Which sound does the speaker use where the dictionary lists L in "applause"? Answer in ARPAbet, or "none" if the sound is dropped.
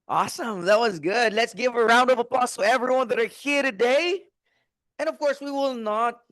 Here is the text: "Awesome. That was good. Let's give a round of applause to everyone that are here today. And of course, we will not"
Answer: none